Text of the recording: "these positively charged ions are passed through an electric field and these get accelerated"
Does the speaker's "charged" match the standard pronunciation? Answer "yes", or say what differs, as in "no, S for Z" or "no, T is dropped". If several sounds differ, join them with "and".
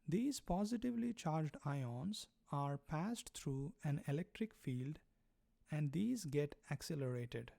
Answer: yes